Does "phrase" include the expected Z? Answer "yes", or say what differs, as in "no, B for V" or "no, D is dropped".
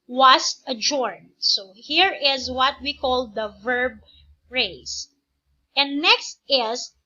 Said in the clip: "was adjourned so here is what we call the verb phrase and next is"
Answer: no, S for Z